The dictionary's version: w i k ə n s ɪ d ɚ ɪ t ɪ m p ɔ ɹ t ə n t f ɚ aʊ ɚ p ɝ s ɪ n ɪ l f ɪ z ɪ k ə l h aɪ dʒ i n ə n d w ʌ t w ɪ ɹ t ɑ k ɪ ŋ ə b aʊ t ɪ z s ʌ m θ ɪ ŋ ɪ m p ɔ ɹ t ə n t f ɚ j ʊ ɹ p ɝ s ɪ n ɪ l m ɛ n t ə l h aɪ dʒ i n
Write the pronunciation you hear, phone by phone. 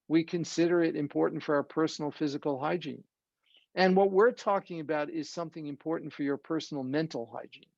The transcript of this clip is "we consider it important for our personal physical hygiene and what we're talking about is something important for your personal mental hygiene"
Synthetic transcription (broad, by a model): w i k ə n s ɪ d ɚ ɪ t ɪ m p ɔ ɹ t n t f ɚ aʊ ɚ p ɝ s n l f ɪ z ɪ k l h aɪ dʒ i n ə n w ʌ t w ɪ ɹ t ɑ k ɪ ŋ ə b aʊ t ɪ z s ʌ m θ ɪ ŋ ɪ m p ɔ ɹ t n t f ɚ j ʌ ɹ p ɝ s n l m ɛ n t l h aɪ dʒ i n